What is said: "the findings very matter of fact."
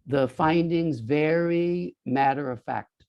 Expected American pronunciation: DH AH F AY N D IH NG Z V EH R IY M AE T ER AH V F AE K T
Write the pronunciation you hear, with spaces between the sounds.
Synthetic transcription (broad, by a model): DH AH F AY N D IH NG Z V EH R IY M AE T ER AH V F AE K T